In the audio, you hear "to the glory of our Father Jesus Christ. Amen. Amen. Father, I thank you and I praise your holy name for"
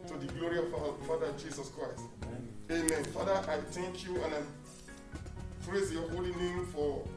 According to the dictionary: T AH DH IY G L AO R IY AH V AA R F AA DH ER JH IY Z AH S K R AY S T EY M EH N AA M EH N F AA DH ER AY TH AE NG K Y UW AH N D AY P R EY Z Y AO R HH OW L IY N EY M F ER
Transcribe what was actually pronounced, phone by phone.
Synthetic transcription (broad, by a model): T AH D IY G L AO R IY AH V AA F AA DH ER JH IY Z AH S K R AY S T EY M M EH N F AA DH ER AY T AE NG K Y UW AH N AY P R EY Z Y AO HH OW L IY N EY M F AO